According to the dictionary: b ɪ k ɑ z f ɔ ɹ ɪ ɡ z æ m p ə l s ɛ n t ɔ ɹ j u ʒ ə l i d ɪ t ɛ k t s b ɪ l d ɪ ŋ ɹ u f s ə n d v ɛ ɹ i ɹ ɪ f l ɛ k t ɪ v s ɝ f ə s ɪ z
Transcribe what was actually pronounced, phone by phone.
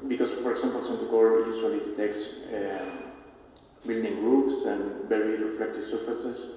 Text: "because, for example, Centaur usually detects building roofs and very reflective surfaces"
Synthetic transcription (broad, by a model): b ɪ k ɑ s f ɔ ɹ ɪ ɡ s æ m p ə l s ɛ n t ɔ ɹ j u s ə l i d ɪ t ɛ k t s b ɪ l d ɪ ŋ ɹ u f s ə n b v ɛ ɹ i ɹ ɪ f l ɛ k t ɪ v s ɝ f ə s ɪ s